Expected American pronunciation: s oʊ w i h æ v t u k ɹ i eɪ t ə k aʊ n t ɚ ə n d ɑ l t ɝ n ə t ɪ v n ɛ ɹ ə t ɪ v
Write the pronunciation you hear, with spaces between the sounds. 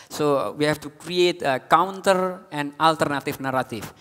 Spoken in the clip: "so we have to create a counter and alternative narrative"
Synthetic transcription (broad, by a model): s oʊ w i h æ f t u k ɹ i eɪ t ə k aʊ n t ɚ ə n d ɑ l t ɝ n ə t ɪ f n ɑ ɹ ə t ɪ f